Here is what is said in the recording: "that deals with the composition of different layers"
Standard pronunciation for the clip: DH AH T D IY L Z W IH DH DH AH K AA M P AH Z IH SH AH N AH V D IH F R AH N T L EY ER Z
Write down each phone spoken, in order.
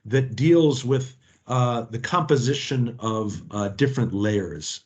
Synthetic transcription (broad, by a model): DH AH T D IY L Z W IH DH DH AH K AA M P AH Z IH SH AH N AH V D IH F R AH N T L EY ER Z